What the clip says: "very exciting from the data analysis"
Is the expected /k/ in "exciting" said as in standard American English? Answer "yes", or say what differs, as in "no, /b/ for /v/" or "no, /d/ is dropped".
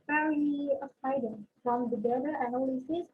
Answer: no, /k/ is dropped